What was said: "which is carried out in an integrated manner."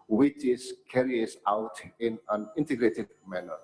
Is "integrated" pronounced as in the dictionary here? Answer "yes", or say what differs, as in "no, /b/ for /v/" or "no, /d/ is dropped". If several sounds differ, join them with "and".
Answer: yes